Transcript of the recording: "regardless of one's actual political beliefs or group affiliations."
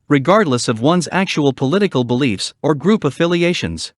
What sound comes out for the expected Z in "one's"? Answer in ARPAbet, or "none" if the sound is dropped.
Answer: Z